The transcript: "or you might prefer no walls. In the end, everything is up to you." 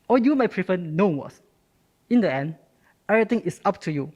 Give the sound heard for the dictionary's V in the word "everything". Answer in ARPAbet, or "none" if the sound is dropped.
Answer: none